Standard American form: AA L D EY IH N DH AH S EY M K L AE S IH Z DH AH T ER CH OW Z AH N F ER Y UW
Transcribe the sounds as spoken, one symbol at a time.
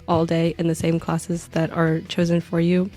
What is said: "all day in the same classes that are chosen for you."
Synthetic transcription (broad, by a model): AA L D EY IH N DH AH S EY M K L AE S IH Z DH AH T ER CH OW Z AH N F ER Y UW